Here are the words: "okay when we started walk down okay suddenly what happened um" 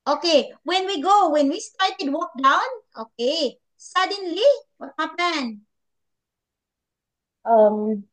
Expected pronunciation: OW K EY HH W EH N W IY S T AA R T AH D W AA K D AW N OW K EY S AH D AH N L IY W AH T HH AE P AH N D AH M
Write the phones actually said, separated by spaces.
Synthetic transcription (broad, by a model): OW K EY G W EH N W IY S T AA R T AH D W AA K D AW N OW K EY S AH D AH N L IY W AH T HH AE P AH N AH M